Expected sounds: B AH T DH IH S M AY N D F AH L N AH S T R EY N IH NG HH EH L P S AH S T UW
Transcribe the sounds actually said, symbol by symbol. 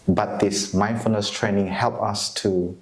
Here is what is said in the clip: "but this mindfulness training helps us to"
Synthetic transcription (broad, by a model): B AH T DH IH S M AY N F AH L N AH S T R EY N IH NG HH EH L P AH S T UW